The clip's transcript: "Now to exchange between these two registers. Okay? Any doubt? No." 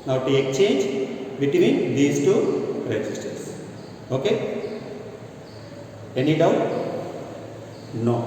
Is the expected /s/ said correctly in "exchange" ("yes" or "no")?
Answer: no